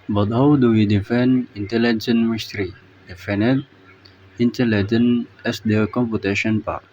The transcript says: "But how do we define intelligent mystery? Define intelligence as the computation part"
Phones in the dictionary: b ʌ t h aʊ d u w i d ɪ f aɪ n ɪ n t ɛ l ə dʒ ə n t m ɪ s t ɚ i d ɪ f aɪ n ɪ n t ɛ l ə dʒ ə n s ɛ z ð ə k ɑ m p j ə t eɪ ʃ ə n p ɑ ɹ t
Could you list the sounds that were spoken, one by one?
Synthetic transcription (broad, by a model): b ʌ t h aʊ d u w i d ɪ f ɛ n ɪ n t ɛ l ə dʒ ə n m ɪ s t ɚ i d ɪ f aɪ n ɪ n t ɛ l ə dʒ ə n ɛ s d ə k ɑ m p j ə t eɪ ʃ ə n p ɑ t